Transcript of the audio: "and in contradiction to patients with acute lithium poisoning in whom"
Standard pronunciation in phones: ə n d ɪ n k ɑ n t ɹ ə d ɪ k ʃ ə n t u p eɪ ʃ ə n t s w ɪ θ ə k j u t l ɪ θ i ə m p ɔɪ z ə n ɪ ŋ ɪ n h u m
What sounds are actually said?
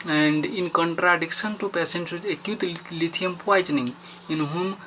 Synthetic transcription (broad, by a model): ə n d ɪ n k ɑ n t ɹ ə d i k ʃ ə n t u p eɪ s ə n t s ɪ ə k j u t l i t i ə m p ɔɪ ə n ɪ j ɪ n h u m